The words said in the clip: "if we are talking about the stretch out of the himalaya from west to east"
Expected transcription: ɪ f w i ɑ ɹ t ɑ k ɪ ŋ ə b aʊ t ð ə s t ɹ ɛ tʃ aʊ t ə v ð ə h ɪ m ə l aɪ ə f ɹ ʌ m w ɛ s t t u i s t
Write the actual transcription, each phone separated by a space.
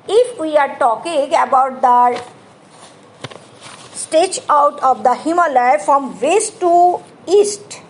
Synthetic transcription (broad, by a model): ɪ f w i ɑ ɹ t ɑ k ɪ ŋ ə b aʊ t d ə s t ɛ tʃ aʊ t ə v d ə h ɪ m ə l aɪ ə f ɹ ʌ m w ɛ s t t u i s t